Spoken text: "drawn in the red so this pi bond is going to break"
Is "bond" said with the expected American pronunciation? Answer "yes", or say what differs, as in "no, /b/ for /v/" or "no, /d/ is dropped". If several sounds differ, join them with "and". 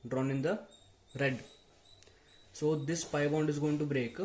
yes